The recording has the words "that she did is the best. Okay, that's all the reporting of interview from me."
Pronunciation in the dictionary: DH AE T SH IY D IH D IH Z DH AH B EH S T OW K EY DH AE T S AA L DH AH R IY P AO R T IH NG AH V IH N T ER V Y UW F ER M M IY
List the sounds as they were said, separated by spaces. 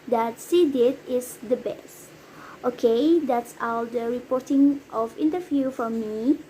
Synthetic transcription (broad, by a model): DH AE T S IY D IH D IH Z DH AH B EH S T OW K EY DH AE T S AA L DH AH R IY P AO R T IH NG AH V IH N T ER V Y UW F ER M M IY